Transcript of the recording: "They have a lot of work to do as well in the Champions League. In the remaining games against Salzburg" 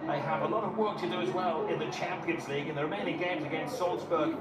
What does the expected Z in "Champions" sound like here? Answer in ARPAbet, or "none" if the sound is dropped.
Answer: Z